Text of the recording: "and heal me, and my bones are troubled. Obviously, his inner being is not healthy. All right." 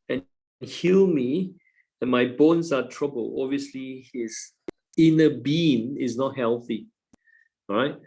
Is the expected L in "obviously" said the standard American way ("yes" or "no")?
yes